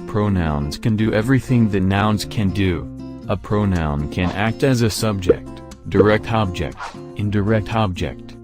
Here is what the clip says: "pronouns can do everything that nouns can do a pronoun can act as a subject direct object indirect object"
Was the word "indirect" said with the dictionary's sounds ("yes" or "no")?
yes